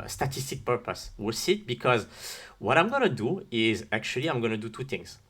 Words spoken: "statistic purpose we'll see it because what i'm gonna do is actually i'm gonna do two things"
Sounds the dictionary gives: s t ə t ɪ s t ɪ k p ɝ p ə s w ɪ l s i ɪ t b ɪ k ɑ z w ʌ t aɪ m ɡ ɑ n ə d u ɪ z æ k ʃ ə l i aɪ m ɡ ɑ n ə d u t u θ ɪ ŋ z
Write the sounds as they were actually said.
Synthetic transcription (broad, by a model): s t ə t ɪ s t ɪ k p ɝ p ə s w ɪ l s i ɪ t b ɪ k ɑ z w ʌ t aɪ m ɡ ɑ n ə d u ɪ z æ k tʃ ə l i aɪ m ɡ ɑ n ə d u t u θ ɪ ŋ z